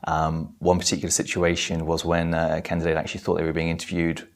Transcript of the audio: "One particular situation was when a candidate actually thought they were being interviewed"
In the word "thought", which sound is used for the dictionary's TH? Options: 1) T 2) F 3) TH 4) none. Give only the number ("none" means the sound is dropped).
3